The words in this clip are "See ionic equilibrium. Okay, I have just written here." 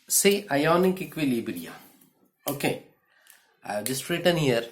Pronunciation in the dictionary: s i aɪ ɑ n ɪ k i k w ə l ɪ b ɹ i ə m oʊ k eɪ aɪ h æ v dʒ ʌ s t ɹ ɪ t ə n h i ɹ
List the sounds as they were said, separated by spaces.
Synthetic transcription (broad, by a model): s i aɪ ɑ n ɪ k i k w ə l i b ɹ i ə oʊ k eɪ aɪ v dʒ ʌ s t ɹ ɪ t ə n h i ɹ